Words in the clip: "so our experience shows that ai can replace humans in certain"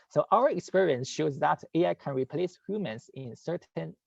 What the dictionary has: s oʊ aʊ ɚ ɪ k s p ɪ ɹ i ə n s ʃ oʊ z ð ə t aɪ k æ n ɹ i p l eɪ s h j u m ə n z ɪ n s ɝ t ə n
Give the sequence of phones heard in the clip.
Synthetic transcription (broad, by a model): s oʊ aʊ ɚ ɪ k s p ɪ ɹ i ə n s ʃ oʊ z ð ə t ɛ k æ n ɹ i p l eɪ s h j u m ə n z ɪ n s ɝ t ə n